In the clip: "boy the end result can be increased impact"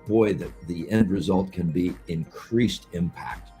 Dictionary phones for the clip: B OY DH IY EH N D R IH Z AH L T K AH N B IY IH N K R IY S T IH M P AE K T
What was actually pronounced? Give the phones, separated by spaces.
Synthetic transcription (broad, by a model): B OY DH IY EH N D R IH Z AH L T K AH N B IY IH N K R IY S T IH M P AE K T